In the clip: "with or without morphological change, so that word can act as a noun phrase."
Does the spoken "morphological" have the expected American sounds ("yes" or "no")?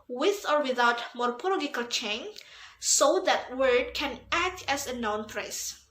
no